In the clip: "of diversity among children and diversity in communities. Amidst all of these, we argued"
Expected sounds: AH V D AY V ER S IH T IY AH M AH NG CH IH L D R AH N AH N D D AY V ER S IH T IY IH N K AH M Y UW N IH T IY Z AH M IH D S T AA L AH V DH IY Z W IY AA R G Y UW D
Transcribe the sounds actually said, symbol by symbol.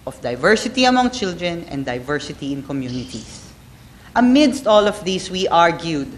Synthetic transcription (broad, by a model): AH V D AY V ER S IH T IY AH M AH NG CH IH L D R AH N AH N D D AY V ER S IH T IY IH N K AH M Y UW N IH T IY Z AH M IH D S T AA L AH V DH IY S W IY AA R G Y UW D